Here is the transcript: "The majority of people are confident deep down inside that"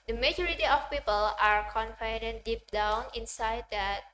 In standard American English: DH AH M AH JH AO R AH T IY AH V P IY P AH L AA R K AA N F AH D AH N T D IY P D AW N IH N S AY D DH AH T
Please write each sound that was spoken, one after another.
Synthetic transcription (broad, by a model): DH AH M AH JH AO R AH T IY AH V P IY P AH L AA R K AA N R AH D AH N D IY P D AW N IH N S AY D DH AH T